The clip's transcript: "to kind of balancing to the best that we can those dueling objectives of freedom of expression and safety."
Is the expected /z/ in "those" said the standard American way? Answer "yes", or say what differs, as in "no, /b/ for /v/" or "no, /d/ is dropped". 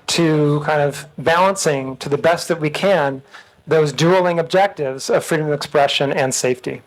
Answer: yes